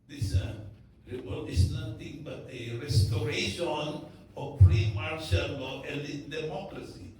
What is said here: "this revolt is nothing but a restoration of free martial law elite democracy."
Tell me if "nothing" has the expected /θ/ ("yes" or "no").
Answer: no